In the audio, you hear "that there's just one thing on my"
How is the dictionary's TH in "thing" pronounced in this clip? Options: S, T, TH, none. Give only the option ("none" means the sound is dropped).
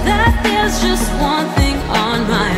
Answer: TH